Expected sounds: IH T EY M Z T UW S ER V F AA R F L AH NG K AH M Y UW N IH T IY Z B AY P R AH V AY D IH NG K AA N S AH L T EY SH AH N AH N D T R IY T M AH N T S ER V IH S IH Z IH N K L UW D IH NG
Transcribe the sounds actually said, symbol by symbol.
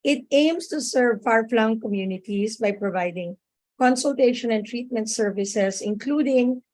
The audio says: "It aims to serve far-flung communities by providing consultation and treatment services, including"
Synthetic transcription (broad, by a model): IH T EY M S T UW S ER V F AA R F L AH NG K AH M Y UW N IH T IY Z B AY P R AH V AY D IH NG K AA N S AH L T EY SH AH N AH N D T R IY T M AH N T S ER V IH S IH S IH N K L UW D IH NG